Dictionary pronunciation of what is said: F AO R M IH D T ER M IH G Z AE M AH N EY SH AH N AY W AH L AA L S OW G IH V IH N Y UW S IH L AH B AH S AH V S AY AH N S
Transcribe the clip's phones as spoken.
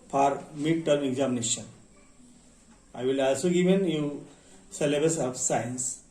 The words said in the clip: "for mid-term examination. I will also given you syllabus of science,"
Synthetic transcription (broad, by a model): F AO R M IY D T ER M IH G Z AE M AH N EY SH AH N AY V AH L AA L S OW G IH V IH N Y UW S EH L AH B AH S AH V S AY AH N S